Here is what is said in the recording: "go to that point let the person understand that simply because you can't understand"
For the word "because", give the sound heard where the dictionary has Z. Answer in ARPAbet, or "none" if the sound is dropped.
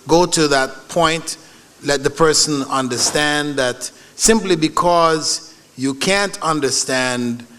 Z